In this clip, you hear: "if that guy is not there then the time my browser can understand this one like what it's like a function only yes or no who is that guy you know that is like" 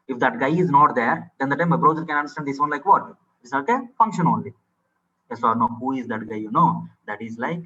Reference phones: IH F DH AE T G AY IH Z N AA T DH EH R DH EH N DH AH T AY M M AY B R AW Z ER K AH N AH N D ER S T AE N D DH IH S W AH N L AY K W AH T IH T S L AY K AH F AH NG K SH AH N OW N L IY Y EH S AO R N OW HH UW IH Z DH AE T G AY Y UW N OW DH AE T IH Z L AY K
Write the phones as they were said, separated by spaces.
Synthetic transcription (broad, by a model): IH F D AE T G AY IH Z N AA T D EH R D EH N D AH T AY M M AY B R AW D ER K AH N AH N D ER S T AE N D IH S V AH N L AY K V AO T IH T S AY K AH F AH NG K SH AH N OW N L IY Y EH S AO R N OW HH UW IH Z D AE T G AY Y UW N OW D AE T IH Z L AY K